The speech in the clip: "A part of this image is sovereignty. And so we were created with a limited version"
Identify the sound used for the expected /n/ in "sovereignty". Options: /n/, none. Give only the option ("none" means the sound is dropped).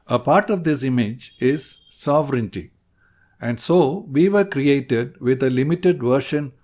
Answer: /n/